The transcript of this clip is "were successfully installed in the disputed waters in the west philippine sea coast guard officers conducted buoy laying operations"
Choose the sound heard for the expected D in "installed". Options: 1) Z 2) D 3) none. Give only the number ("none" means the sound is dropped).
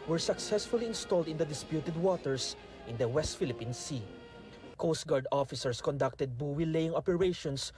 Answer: 2